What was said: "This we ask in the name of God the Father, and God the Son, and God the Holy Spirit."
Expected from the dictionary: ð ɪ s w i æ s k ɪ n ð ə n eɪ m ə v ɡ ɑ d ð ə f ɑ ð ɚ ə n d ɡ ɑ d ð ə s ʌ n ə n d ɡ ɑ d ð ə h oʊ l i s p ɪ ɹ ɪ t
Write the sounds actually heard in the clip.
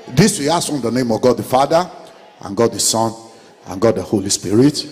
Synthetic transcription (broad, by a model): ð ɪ s w i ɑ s ɪ n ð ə n eɪ m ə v ɡ ɑ d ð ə f ɑ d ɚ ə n ɡ ɑ d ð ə s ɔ n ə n ɡ ɑ d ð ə h oʊ l i s p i ɹ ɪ t